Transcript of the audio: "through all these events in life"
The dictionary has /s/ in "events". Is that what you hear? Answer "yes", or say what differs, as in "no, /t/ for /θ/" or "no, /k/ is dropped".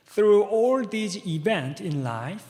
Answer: no, /s/ is dropped